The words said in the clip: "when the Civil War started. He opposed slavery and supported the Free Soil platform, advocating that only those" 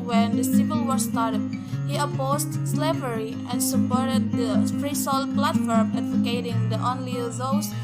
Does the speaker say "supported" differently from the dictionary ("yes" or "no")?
yes